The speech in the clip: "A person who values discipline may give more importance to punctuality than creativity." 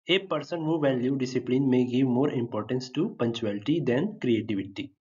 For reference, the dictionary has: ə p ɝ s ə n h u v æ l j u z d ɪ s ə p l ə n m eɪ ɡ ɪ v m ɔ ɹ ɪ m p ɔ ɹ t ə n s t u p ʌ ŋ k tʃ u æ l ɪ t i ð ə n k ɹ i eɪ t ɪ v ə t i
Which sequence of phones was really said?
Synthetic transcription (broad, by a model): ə p ɝ s ə n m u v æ l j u d ɪ s ə p l ə n m eɪ ɡ ɪ v m ɔ ɹ ɪ m p ɔ ɹ t ə n s t u p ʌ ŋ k tʃ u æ l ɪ t i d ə n k ɹ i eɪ t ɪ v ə t i